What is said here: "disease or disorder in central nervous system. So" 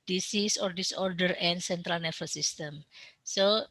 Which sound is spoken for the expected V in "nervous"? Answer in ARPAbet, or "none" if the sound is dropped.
F